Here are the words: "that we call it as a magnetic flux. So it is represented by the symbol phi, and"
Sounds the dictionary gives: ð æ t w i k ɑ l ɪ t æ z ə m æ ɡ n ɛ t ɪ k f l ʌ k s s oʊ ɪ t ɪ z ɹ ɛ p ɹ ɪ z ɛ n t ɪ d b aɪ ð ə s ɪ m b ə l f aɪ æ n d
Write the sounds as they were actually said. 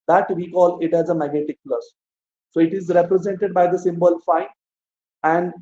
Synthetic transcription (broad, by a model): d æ t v i k ɑ l ɪ t æ z ə m æ ɡ n ɛ t ɪ k p l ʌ s s oʊ ɪ t ɪ z ɹ ɛ p ɹ ɪ z ɛ n t ɪ d b aɪ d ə s ɪ m b ə l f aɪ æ n d